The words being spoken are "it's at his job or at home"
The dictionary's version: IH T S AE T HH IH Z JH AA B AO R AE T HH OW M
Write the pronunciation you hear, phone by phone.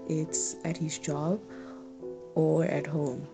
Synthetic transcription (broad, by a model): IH T S AE T HH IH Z JH AA B AO R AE T HH OW M